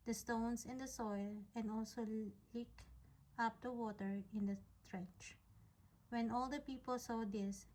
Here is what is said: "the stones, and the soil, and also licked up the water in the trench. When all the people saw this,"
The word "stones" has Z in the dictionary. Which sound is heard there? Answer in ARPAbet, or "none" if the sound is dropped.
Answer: S